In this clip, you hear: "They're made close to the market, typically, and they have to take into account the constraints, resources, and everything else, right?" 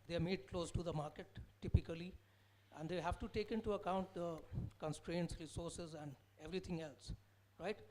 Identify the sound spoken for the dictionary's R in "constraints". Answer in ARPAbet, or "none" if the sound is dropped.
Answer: R